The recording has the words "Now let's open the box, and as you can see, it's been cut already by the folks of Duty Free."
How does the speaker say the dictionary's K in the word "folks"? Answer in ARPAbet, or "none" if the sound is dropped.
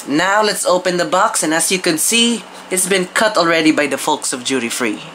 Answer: K